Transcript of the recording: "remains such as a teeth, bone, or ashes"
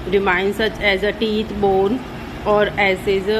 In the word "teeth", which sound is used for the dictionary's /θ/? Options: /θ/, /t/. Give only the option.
/t/